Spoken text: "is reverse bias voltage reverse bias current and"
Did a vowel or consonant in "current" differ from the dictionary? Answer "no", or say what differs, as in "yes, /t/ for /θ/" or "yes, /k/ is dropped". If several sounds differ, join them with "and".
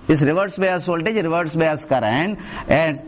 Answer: yes, /t/ is dropped